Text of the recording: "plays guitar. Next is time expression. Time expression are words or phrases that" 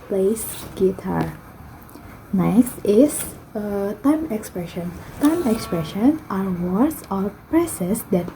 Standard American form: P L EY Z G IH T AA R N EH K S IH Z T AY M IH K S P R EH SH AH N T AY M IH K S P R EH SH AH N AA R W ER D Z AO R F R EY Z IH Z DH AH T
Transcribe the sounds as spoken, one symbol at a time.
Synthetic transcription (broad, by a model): P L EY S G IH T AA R N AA S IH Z T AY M IH K S P R EH SH AH N T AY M IH K S P R EH SH AH N AA R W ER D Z AO R P R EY S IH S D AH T